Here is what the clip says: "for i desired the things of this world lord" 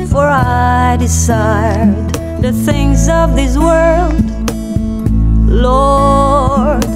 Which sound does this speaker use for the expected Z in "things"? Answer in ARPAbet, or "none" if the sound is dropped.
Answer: Z